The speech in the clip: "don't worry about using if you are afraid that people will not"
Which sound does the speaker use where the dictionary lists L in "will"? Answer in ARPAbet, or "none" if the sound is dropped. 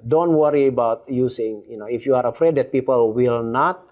L